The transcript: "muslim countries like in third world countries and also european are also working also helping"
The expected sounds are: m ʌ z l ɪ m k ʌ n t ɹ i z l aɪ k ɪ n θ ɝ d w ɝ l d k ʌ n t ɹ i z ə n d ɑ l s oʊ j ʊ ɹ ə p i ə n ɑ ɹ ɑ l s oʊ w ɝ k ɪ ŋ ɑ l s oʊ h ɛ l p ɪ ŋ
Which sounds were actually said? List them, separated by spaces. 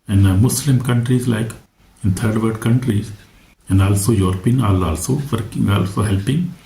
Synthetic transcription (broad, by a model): m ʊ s l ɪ m k ʌ n t ɹ i z l aɪ k ɪ n t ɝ d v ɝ d k ʌ n t ɹ i z ə n d ɑ l s oʊ j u ɹ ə p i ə n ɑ l ɑ l s oʊ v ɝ k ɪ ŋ ɑ l s oʊ h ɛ l p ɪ ŋ